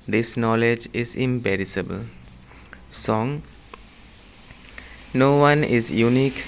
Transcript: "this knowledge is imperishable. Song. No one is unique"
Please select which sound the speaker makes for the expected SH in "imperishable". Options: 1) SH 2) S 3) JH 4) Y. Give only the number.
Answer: 2